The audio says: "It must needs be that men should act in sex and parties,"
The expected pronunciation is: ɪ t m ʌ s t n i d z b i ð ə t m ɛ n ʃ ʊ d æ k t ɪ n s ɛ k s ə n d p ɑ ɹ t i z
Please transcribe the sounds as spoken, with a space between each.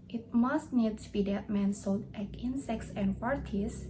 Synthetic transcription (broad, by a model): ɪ t m ʌ s t n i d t b i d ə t m ɛ n s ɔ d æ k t ɪ n s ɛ k s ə n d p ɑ ɹ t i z